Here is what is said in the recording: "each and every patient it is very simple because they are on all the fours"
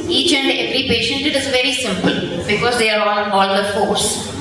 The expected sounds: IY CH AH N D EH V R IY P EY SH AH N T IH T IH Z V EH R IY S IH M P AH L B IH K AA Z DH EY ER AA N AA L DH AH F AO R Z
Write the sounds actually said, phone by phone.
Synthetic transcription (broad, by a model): IY CH AH N D EH V R IY P EY SH AH N T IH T IH Z V EH R IY S IH M P AH L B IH K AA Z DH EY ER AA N AA L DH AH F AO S